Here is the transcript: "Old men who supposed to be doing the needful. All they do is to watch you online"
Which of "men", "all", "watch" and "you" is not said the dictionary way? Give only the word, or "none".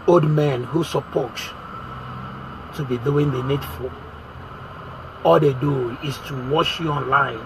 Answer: watch